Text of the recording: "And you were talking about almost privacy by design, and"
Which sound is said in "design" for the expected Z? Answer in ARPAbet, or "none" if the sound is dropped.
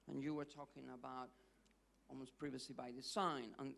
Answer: S